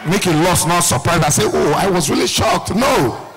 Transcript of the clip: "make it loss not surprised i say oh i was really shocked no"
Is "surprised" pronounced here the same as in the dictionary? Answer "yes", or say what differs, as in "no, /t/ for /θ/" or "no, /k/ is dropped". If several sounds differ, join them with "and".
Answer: no, /d/ is dropped